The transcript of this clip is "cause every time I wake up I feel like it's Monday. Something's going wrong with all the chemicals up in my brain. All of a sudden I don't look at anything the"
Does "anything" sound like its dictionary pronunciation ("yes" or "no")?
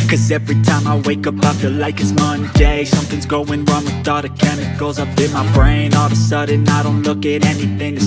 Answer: yes